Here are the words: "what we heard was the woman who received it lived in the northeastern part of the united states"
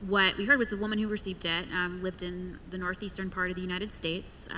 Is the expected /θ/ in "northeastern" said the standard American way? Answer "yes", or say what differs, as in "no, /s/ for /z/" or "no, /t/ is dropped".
yes